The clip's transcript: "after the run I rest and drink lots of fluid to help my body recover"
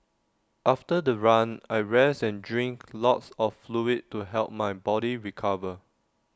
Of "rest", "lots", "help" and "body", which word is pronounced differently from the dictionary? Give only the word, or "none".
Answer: rest